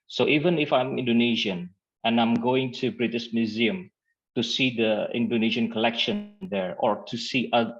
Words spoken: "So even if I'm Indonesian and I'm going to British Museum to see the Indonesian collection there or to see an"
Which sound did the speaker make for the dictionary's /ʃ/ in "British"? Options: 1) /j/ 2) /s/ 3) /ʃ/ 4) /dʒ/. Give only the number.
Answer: 2